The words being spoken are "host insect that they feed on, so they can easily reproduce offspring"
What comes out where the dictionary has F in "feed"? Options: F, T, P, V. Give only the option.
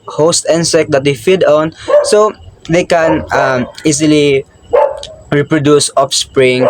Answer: F